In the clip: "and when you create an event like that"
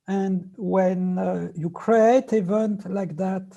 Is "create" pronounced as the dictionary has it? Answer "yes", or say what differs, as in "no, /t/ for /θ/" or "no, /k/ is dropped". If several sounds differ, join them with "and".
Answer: no, /t/ is dropped